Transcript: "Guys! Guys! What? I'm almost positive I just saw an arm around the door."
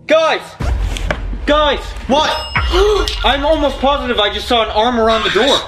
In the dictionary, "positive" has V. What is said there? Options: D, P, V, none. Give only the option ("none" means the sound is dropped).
V